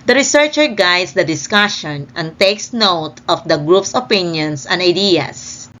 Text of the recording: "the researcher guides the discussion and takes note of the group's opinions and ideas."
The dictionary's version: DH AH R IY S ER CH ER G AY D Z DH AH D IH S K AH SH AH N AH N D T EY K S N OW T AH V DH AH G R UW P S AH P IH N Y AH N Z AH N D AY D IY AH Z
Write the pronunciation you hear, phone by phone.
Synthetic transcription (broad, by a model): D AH R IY S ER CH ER G AY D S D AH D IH S K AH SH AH N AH N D T EY K S N OW T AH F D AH G R UW P S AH P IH N Y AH N S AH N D AY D IY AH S